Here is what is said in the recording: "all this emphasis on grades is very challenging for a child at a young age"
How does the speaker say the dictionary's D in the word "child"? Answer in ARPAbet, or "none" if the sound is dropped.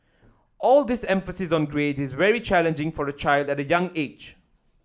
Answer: D